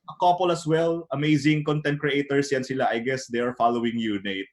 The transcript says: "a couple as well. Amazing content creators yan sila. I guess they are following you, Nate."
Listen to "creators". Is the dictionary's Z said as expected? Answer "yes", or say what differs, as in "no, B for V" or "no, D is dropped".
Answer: no, S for Z